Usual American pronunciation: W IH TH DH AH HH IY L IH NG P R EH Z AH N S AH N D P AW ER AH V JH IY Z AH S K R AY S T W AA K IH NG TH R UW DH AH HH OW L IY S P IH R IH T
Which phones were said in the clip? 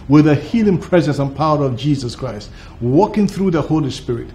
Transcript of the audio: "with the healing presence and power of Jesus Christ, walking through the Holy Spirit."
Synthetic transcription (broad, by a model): W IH DH AH HH IY L IH NG P R EH Z AH N S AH N P AW ER AH V JH IY Z AH S K R AY S T W AA K IH NG TH R UW DH AH HH OW L IY S P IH R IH T